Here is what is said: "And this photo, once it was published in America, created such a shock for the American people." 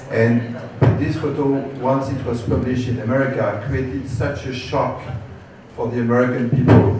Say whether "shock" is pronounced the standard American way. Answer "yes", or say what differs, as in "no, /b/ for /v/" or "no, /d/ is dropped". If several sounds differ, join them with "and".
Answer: yes